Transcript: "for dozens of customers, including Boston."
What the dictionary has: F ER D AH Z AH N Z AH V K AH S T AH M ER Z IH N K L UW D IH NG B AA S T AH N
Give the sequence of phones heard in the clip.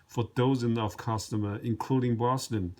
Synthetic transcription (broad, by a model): F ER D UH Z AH N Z AH V K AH S T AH M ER IH N K L UW D IH NG B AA S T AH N